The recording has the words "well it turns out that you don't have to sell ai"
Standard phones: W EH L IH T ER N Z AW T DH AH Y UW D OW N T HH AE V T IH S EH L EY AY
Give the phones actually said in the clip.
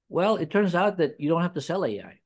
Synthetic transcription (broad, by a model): W EH L IH T ER N Z AW T DH AH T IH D OW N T HH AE F T IH S EH L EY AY